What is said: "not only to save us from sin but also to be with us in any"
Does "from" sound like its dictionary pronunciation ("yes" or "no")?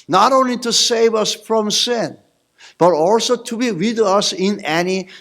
yes